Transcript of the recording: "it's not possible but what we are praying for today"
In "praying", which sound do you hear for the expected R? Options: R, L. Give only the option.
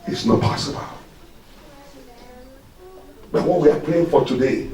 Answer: L